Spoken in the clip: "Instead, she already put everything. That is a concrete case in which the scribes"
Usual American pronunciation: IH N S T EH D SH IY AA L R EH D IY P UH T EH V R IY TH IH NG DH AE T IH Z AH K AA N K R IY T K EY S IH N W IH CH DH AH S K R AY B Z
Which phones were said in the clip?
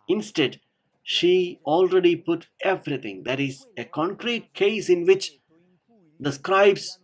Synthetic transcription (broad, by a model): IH N S T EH D SH IY AA L R EH D IY P UH T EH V R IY T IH NG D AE T IH Z AH K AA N K R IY T K EY S IH N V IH CH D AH S K R AY B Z